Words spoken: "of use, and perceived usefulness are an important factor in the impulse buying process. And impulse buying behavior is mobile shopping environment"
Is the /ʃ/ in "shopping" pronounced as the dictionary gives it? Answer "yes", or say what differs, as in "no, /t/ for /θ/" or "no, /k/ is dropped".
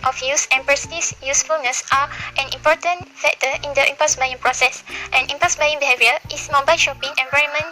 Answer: yes